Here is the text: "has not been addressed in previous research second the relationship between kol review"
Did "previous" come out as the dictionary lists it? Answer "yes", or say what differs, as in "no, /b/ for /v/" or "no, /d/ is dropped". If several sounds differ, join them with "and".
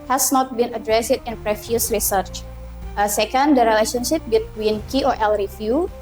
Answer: no, /f/ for /v/